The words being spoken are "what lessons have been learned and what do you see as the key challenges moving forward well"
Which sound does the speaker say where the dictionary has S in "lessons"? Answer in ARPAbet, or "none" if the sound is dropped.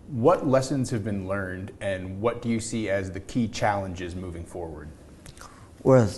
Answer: S